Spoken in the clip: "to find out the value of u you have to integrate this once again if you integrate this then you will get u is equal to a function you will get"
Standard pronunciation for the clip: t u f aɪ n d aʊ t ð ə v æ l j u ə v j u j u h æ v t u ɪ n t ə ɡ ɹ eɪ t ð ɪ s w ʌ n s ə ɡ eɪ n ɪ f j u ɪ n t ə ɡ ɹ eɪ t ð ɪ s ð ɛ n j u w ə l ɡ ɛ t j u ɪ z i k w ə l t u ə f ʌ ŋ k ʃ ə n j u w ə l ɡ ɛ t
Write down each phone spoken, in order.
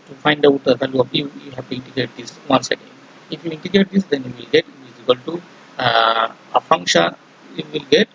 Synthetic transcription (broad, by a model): t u f aɪ n d aʊ t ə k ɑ l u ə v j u j u h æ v t u ɪ n t ə ɡ ɹ eɪ t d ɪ s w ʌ n s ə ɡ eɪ ɪ f j u ɪ n t ə ɡ ɹ eɪ t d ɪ s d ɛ n j u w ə l ɡ ɛ t ɪ z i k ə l t u ə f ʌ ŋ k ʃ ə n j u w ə l ɡ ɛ t